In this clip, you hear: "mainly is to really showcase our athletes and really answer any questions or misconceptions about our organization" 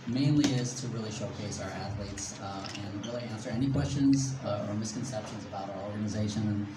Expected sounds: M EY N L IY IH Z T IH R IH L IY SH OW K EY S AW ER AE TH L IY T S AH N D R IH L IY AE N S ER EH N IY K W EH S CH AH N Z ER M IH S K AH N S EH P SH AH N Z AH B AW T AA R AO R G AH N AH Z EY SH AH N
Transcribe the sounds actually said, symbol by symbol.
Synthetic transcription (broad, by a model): M EY N L IY IH Z T IH R IH L IY SH OW K EY S AW ER AE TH L IY T S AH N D R IH L IY AE N S ER EH N IY K W EH S CH AH N Z ER M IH S K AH N S EH P SH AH N Z AH B AW T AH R AO R G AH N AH Z EY SH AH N